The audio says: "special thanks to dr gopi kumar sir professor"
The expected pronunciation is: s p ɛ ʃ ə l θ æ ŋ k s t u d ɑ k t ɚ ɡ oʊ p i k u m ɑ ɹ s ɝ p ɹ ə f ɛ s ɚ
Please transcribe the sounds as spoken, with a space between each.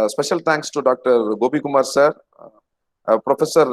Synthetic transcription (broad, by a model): s p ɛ ʃ ə l t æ ŋ k s t u d ɑ k t ɚ ɡ oʊ b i k u m ɑ ɹ s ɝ p ɹ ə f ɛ s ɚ